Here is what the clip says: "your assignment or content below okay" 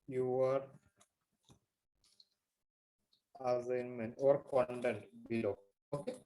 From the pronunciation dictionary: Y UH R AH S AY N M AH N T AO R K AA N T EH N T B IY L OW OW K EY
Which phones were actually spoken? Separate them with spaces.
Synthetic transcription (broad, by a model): Y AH R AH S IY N M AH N AO R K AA N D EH N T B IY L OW OW K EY